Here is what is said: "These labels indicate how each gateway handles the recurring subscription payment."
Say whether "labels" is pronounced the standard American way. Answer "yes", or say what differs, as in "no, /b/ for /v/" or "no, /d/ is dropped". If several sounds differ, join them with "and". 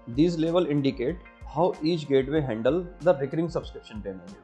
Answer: no, /z/ is dropped